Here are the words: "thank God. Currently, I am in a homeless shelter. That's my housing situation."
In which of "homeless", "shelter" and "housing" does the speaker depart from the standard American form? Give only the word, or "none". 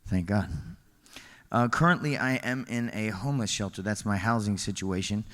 none